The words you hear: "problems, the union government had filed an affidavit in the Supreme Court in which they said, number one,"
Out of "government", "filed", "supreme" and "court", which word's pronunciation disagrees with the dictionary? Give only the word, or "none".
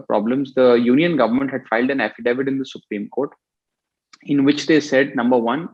none